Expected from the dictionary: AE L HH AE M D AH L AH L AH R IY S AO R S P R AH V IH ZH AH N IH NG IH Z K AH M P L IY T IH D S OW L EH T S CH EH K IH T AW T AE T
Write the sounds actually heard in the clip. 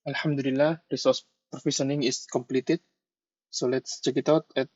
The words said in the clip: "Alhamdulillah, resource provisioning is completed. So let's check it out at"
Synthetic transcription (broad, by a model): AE L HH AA M D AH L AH L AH R IY S AO R S P R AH F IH SH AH N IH NG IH S K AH M P L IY T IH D S OW L EH T S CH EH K IH T AW T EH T